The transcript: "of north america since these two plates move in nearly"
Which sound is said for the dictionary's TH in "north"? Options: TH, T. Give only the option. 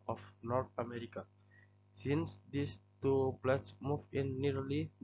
T